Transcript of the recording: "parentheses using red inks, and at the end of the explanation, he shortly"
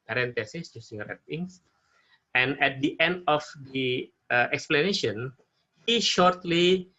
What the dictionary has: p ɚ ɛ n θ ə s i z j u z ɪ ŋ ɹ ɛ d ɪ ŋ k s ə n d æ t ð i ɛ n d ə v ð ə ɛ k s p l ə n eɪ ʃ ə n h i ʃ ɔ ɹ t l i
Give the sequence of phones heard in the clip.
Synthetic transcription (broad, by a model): p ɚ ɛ n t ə s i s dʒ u s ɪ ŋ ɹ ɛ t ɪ ŋ s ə n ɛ t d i ɛ n d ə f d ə ɛ k s p l ə n eɪ ʃ ə n h i ʃ ɔ ɹ t l i